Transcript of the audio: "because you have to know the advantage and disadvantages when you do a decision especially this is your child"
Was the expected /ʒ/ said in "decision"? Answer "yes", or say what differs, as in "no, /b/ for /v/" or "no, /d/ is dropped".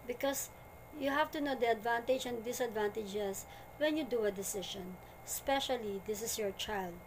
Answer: no, /ʃ/ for /ʒ/